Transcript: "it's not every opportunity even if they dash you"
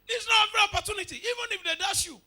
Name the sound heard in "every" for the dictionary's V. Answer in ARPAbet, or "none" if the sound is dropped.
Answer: none